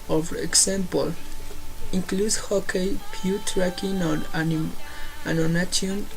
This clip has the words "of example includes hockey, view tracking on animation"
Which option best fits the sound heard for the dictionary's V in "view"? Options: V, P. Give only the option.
P